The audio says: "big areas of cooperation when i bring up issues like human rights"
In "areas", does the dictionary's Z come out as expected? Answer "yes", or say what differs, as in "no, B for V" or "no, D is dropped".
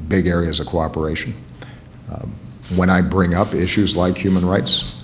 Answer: yes